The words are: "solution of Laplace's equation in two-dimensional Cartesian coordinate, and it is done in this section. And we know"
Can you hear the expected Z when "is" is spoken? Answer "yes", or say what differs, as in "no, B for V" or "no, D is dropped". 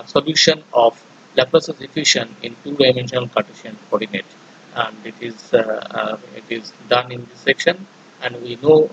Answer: yes